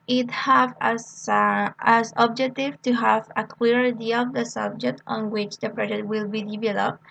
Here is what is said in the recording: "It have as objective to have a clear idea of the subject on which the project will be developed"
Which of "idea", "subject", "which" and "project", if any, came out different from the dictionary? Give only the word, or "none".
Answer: project